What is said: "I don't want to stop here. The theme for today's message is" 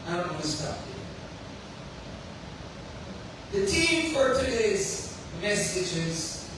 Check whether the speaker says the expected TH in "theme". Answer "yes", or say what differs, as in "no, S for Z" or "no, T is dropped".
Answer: no, T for TH